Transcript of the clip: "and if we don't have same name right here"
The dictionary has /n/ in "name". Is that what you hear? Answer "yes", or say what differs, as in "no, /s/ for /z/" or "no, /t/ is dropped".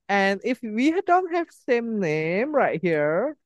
yes